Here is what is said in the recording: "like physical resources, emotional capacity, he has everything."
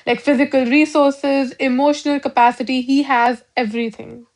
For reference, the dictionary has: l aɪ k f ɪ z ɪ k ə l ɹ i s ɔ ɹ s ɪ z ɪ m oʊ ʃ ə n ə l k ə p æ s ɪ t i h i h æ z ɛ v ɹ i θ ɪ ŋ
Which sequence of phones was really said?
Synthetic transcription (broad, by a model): l aɪ k f ɪ z ɪ k ə l ɹ i s ɔ ɹ s ɪ z ɪ m oʊ ʃ ə n ə l k ə p æ s ɪ t i h i h æ z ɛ v ɹ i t ɪ ŋ